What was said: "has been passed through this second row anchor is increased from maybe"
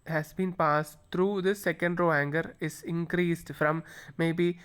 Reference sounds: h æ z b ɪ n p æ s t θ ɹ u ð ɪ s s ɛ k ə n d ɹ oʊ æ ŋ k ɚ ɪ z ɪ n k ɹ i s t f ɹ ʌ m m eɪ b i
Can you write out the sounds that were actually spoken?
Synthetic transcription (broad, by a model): h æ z b ɪ n p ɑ s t t ɹ u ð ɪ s s ɛ k ə n d ɹ oʊ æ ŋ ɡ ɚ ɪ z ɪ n k ɹ i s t f ɹ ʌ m m eɪ b i